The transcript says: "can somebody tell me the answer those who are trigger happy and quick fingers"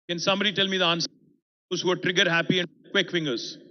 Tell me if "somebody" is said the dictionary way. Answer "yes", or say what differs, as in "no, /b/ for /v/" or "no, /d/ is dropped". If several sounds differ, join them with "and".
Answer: no, /b/ is dropped